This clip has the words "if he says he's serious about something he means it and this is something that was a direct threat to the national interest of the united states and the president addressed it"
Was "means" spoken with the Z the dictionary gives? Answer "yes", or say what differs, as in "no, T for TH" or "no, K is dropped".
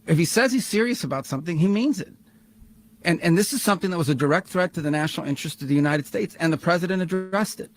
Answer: yes